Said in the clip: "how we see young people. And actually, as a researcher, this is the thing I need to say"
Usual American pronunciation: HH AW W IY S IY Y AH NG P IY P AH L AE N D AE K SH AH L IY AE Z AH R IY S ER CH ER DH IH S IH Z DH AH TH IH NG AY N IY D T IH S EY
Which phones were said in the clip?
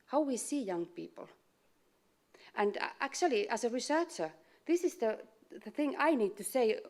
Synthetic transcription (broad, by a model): HH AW W IY S IY Y AH NG P IY P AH L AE N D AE K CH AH L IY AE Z AH R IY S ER CH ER DH IH S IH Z DH AH TH IH NG AY N IY D T IH S EY